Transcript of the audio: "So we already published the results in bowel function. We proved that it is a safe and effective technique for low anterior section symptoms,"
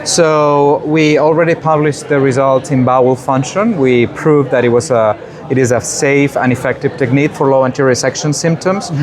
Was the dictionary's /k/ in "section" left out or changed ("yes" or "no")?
no